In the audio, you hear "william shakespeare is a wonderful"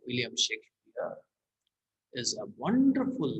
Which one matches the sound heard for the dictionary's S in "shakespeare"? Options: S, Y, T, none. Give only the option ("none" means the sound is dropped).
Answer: none